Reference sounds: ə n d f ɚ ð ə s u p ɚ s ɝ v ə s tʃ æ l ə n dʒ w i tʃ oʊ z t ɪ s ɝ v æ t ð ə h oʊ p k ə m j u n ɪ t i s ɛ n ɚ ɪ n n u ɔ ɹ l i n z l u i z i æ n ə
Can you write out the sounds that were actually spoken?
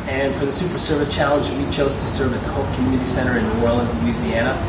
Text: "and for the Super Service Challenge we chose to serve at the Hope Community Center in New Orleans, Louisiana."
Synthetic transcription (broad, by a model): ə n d f ɚ ð ə s u p ɚ s ɝ v ə s tʃ æ l ə n dʒ w i tʃ oʊ z t ɪ s ɝ v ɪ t ð ə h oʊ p k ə m j u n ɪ t i s ɛ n ɚ ɪ n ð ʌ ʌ ɹ l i z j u z i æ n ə